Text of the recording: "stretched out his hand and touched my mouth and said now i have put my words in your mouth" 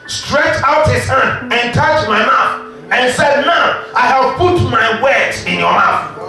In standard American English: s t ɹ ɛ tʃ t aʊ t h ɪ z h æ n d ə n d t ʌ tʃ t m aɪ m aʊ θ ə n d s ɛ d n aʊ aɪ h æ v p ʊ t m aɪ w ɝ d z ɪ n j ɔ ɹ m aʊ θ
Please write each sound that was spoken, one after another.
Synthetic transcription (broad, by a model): s t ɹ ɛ tʃ aʊ t h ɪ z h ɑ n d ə n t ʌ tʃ m aɪ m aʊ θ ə n s ɛ d n aʊ aɪ h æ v p ʊ t m aɪ w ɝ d ɪ n j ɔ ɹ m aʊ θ